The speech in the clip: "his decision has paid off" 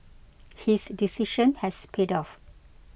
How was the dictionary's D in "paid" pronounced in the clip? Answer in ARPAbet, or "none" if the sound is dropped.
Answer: D